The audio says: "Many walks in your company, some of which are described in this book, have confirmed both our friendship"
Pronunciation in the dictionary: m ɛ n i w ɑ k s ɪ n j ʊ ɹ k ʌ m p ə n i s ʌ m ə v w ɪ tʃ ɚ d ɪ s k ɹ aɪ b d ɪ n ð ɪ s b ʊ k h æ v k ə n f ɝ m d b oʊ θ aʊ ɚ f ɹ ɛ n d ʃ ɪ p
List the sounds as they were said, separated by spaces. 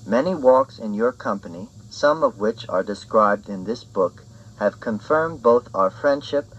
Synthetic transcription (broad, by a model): m ɛ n i w ɑ k s ɪ n j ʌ ɹ k ʌ m p ə n i s ʌ m ə v w ɪ tʃ ɚ d ɪ s k ɹ aɪ b d ɪ n ð ɪ s b ʊ k h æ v k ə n f ɝ m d b oʊ θ aʊ ɚ f ɹ ɛ n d ʃ ɪ p